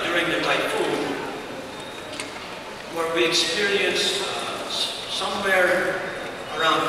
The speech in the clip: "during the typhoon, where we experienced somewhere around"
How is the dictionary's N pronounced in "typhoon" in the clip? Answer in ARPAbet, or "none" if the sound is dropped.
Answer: L